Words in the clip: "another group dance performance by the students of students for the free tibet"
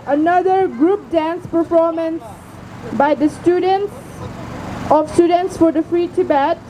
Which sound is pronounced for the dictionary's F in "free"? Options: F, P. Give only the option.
F